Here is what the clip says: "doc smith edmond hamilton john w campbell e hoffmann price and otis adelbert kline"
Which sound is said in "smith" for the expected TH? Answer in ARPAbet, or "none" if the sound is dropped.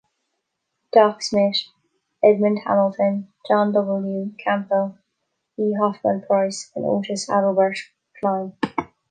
T